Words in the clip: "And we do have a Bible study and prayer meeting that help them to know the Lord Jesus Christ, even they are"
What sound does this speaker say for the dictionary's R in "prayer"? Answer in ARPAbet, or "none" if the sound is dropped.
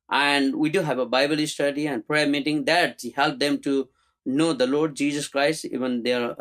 R